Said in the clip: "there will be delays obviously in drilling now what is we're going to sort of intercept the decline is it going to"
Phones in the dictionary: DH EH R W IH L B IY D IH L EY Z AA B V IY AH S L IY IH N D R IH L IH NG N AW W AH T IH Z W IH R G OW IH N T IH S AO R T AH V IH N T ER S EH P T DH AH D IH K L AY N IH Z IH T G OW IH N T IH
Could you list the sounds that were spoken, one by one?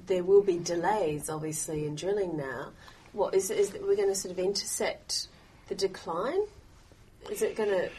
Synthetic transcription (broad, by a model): DH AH R W IH L B IY D IH L EY Z AA B V IY AH S L IY IH N D R IH L IH NG N AW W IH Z IH Z W IH R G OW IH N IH S AO R T AH V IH N T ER S EH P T DH AH D IH K L AY N IH Z IH T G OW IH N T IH